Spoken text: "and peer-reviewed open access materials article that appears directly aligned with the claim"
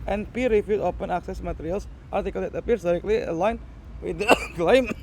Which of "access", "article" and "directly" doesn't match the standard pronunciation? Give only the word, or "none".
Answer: none